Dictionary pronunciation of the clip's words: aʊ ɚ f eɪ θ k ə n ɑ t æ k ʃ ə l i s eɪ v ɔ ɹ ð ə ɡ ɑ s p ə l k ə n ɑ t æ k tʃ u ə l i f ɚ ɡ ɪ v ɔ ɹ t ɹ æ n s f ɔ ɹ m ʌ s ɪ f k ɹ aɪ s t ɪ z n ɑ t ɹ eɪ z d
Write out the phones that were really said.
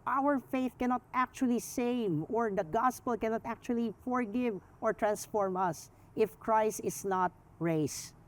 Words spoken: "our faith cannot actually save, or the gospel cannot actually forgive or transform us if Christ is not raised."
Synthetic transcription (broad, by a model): aʊ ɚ f eɪ θ k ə n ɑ t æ k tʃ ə l i s eɪ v ɔ ɹ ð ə ɡ ɑ s p ə l k ə n ɑ t æ k tʃ u ə l i f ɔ ɡ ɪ v ɔ ɹ t ɹ æ n s f ɔ ɹ m ʌ s ɪ f k ɹ aɪ s t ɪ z n ɑ t ɹ eɪ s